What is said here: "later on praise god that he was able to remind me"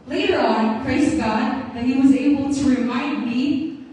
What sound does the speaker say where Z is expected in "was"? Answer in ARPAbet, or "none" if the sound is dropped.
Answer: Z